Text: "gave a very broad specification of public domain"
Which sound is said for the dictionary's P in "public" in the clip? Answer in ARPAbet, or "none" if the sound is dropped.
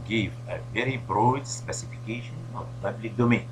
P